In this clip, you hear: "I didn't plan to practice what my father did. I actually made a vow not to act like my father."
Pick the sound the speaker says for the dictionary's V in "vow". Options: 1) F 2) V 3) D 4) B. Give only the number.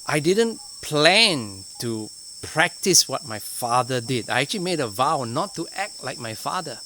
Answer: 2